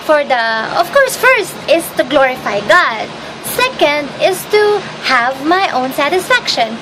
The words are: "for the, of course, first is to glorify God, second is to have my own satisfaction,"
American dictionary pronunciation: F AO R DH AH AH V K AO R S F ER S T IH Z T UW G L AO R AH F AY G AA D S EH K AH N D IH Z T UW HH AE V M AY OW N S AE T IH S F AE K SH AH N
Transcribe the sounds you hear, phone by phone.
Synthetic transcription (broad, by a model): F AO R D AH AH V K AO R S F ER S T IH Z T UW G L AO R AH F AY G AA D S EH K AH N D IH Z T UW HH AE V M AY OW N S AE T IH S F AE K SH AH N